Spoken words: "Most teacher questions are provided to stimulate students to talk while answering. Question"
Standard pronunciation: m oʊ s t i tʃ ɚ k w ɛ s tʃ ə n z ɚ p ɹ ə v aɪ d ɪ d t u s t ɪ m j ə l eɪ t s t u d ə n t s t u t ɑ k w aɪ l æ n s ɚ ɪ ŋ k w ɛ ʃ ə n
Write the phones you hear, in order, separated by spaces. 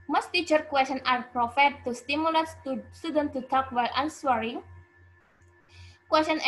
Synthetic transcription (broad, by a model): m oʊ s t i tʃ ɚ k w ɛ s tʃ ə n ɑ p ɹ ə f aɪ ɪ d t u s t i m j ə l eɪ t s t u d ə n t t u t ɑ k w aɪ l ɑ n s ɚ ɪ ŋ k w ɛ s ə n